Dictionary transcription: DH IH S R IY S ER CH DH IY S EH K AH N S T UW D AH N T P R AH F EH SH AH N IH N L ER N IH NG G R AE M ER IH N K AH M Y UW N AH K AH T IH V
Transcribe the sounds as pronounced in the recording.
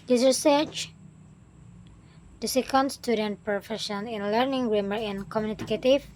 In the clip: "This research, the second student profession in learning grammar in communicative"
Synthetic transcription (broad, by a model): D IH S R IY S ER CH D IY S EH K AH N S T UW D AH N T P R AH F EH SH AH N IH N L ER N IH NG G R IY M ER IH N K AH M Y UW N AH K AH T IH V